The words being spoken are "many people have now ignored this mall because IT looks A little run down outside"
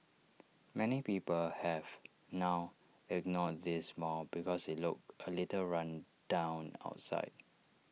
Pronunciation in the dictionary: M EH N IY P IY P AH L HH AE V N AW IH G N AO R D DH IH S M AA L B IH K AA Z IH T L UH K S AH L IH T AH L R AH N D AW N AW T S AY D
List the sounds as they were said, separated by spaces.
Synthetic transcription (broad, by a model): M EH N IY P IY P AH L HH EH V N AW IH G N AO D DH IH S M AA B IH K AA S IH T L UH K AH L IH T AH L R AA N D AW N AW T S AY D